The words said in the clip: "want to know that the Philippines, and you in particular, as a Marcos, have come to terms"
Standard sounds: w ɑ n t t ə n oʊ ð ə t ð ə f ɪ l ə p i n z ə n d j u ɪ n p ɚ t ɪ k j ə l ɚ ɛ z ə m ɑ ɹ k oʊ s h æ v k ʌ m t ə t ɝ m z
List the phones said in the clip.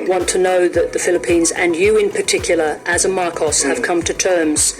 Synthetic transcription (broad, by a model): w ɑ n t t ə n oʊ ð ə t ð ə f ɪ l ə p i n z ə n j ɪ ɪ n p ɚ t ɪ k j l ɚ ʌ z ə m ɑ ɹ k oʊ s h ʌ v k ʌ m t ə t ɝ m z